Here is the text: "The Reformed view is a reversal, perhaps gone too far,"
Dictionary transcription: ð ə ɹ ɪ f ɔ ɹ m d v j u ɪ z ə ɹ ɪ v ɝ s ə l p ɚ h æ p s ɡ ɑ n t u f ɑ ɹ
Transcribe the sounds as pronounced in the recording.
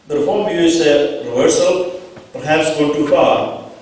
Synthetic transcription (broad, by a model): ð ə ɹ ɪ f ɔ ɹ m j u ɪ s ə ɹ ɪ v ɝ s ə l p ɚ h æ p s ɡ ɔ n t u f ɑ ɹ